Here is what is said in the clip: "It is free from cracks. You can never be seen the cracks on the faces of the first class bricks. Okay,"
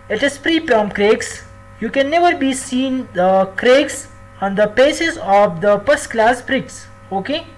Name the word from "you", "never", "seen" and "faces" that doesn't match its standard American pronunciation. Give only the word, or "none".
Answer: faces